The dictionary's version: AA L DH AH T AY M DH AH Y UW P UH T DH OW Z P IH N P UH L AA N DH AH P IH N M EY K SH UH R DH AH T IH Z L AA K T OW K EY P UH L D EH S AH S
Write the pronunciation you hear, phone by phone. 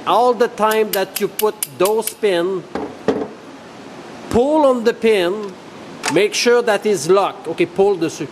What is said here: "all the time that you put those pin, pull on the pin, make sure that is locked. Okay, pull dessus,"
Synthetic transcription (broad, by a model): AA L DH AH T AY M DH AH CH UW P UH T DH OW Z P IH N P UH L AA N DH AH P IH N M EY K SH UH R DH AH T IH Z L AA K OW K EY P UH L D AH S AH